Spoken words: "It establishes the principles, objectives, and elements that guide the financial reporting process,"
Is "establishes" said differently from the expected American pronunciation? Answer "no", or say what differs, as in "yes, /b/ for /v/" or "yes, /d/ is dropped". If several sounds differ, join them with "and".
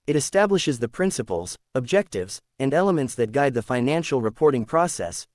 no